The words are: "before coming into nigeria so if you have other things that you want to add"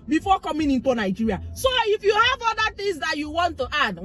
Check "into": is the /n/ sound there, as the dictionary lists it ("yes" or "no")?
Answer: yes